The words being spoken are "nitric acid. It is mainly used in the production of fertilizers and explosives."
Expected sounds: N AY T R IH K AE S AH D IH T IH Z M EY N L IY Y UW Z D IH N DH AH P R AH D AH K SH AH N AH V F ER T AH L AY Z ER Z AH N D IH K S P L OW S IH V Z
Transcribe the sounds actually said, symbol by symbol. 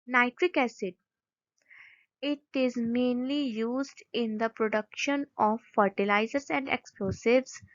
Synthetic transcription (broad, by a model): N AY T R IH K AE S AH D IH T IH Z M EY N L IY Y UW Z D IH N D AH P R AH D AH K SH AH N AH V F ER T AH L AY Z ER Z AH N D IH K S P L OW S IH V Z